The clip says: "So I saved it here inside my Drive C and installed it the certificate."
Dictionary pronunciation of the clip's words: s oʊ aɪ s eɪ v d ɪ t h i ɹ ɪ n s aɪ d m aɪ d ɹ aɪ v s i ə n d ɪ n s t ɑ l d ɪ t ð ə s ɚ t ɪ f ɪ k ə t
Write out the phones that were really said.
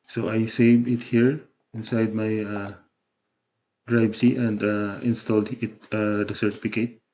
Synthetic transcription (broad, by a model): s oʊ aɪ s eɪ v ɪ t h i ɹ ɪ n s aɪ d m aɪ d ɹ aɪ b s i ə n d ɪ n s t ɑ l d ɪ t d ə s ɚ t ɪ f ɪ k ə t